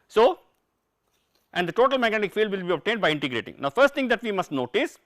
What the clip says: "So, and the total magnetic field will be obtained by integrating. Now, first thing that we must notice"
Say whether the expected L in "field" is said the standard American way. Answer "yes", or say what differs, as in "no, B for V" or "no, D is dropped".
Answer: yes